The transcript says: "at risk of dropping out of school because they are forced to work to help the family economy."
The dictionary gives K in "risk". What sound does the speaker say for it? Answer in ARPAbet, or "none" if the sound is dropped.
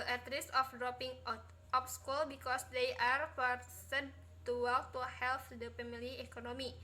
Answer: none